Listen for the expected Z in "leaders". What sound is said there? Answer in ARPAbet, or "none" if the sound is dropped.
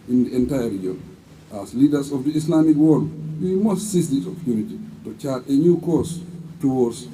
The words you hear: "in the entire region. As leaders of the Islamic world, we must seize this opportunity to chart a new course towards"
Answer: S